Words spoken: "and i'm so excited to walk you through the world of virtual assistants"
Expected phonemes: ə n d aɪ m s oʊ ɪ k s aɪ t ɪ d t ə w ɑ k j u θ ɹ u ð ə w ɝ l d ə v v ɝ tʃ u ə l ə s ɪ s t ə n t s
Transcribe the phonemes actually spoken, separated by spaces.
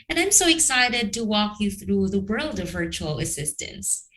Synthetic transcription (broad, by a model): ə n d aɪ m s oʊ ɪ k s aɪ t ɪ d t ə w ɑ k j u θ ɹ u ð ə w ɝ l d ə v v ɝ tʃ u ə l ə s ɪ s t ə n s